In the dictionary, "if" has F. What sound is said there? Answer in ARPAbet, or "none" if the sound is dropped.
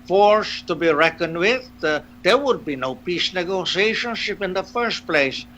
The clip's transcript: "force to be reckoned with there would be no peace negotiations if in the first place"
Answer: P